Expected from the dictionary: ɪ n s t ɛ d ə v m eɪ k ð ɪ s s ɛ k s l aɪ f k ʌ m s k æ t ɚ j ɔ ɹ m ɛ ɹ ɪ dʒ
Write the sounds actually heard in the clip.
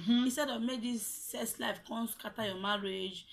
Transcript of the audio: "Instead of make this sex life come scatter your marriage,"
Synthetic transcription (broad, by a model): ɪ n s t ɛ d ə v m eɪ k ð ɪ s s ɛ s l aɪ f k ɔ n s k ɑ t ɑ j ɔ m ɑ ɹ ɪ dʒ